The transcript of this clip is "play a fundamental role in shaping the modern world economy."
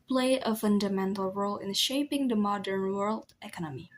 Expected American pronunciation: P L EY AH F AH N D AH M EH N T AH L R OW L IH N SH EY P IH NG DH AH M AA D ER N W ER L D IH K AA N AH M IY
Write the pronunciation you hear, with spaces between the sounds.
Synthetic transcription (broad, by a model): P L EY AH F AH N D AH M EH N T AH L R OW L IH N SH EY P IH NG DH AH M AA D ER N W ER L D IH K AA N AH M IY